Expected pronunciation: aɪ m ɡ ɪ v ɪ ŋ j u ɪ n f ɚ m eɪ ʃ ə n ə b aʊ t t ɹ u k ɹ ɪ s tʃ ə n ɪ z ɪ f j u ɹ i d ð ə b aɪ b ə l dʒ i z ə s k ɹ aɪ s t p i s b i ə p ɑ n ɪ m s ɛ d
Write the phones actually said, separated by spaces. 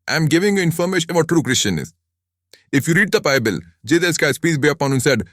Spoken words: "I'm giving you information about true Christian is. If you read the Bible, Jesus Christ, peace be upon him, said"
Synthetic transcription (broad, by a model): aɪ m ɡ ɪ v ɪ ŋ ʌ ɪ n f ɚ m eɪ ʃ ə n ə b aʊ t t ɹ u k ɹ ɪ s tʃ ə n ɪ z ɪ f j u ɹ i d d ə b aɪ b ə l dʒ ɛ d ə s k aɪ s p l i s b i ə p ɑ n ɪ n s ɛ d